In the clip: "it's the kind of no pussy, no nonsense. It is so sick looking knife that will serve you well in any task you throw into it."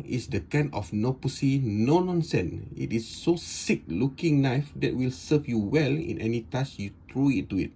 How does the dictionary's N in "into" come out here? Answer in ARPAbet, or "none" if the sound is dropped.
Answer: none